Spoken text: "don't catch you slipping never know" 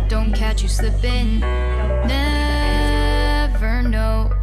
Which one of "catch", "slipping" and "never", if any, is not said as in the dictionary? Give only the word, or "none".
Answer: slipping